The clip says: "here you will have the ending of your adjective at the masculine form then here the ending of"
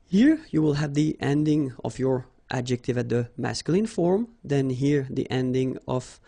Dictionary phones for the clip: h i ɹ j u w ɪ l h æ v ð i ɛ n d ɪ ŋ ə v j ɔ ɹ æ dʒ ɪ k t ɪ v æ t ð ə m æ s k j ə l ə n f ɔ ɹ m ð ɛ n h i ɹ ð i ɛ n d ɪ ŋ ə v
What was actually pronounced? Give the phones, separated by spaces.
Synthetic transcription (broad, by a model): h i ɹ j u w ɪ l h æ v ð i ɛ n d ɪ ŋ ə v j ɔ ɹ æ dʒ ɪ k t ɪ v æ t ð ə m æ s k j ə l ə n f ɔ ɹ m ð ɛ n h i ɹ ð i ɛ n d ɪ ŋ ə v